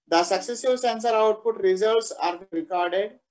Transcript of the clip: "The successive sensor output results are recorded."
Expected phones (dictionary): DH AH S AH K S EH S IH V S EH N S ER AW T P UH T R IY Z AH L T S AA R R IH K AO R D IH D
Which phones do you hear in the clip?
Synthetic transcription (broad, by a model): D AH S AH K S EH S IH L S EH N S ER AW T P UH T R IY Z AH L T S AA R R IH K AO R D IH D